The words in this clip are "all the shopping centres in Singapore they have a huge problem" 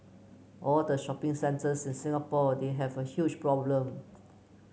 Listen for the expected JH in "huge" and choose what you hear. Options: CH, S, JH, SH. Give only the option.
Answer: CH